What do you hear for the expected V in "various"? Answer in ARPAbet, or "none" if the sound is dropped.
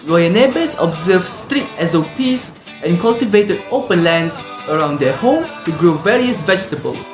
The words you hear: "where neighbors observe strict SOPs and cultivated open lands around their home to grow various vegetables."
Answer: V